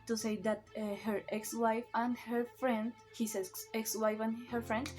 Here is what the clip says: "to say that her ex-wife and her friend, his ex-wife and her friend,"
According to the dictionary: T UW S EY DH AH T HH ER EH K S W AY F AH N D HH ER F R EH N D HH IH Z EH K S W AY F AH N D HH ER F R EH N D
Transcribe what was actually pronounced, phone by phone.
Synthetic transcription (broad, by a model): T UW S EY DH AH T HH ER EH K S W AY F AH N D HH ER F R EH N D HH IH S EH K S W AY F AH N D HH ER F R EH N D